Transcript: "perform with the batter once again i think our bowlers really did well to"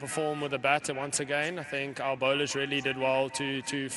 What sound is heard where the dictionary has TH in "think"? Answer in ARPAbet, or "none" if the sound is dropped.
TH